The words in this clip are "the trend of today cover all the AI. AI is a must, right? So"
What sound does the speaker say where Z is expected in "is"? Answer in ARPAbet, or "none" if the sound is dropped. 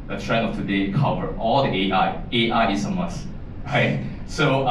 S